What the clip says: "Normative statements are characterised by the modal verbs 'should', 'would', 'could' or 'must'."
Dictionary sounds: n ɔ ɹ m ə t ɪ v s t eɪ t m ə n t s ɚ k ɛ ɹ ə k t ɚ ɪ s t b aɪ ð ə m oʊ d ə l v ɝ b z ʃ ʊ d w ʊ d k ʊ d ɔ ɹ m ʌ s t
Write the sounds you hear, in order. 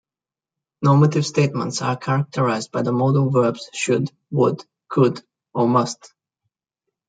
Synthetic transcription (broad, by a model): n ɔ ɹ m ə t ɪ v s t eɪ t m ə n t s ɚ k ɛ ɹ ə k t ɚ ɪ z b aɪ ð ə m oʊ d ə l v ɝ b z ʃ ʊ d w ʊ d k ʊ d ɔ ɹ m ʌ s t